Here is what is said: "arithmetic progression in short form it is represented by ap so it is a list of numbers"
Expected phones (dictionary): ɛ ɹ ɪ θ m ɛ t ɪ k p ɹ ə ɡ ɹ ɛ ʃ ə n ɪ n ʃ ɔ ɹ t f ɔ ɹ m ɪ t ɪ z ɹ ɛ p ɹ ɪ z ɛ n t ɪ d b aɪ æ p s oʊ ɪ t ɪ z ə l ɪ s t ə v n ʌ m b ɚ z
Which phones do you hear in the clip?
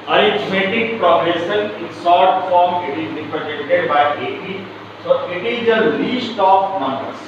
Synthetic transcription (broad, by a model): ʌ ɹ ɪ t m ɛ t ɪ k p ɹ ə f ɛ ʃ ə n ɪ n s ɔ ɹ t f ɔ ɹ m ɪ t ɪ z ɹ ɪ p ɹ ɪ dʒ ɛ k t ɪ d b aɪ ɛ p s oʊ ɪ t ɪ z ə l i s t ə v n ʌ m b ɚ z